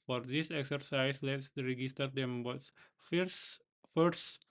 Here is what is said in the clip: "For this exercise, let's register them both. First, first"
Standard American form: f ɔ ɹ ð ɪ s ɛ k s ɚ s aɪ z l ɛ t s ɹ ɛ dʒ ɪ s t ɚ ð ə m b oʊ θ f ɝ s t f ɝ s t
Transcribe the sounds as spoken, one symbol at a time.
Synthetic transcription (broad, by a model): f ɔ ɹ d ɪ s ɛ k s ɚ s aɪ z l ɛ t s ɹ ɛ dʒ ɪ s t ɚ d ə m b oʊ s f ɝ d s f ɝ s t